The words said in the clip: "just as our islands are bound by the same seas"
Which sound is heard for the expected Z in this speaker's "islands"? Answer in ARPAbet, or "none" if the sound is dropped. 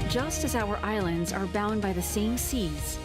Z